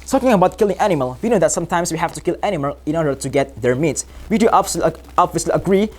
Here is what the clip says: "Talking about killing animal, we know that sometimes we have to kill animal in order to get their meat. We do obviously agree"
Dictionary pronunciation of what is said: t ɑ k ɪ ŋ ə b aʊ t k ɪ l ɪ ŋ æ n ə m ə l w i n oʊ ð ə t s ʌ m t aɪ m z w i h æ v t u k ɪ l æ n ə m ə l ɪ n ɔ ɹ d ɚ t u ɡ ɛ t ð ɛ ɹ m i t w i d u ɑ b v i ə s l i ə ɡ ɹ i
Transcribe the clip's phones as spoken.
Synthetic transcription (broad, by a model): t ɑ k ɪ ŋ ə b aʊ t k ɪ l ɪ ŋ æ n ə m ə l w i n oʊ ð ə t s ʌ m t aɪ m s w i h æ f t u k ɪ l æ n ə m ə l ɪ n ɔ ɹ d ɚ t u ɡ ɛ t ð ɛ ɹ m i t w i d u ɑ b b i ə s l i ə ɡ ɹ i